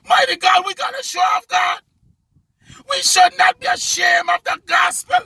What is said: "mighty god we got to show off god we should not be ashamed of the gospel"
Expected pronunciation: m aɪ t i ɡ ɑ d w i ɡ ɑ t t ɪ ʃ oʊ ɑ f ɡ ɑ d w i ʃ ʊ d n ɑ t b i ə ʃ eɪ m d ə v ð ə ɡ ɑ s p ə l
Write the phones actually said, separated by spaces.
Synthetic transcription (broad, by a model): m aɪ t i ɡ ɑ d w i ɡ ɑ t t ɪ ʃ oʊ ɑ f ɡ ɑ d w i ʃ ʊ d n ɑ t b i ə ʃ eɪ m ə v ð ə ɡ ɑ s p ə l